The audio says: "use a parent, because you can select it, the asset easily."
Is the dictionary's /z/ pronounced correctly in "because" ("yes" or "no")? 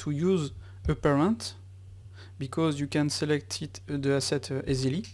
yes